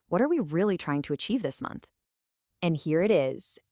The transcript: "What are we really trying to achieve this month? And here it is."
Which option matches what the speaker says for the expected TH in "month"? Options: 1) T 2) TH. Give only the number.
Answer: 2